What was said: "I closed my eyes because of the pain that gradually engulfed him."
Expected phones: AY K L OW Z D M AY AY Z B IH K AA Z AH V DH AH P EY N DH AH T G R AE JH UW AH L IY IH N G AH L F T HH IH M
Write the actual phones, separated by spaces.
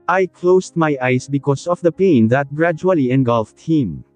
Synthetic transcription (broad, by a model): AY K L OW S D M AY AY S B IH K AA S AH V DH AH P EY N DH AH T G R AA JH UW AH L IY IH N G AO L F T HH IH M